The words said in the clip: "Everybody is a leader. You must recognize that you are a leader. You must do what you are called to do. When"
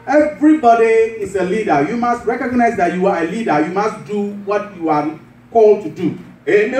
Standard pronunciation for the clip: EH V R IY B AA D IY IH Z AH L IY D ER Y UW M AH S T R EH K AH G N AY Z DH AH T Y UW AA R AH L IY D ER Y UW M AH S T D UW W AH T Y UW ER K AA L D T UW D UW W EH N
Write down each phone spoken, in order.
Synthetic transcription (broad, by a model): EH V R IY B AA D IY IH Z AH L IY D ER Y UW M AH S T R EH K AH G N AY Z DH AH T Y UW AA R AH L IY D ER Y UW M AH S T D UW W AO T Y UW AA K AA L D T UW D UW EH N